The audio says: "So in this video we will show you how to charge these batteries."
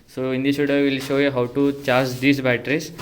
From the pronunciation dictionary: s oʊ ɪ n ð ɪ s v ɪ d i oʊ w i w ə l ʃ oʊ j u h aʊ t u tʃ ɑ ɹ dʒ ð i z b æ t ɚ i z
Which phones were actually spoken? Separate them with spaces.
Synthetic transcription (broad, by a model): s oʊ ɪ n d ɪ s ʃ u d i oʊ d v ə l ʃ oʊ j u h aʊ t u tʃ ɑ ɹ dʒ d i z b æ t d i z